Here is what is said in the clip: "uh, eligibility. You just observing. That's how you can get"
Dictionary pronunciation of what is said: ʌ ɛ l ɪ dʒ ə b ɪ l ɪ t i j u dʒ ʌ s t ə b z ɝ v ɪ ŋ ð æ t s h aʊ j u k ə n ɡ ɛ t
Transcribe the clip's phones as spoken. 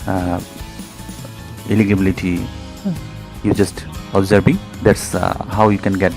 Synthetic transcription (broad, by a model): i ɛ l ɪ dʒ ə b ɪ l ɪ t i j u dʒ ʌ s t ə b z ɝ b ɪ ŋ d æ t s h aʊ j u k ə n ɡ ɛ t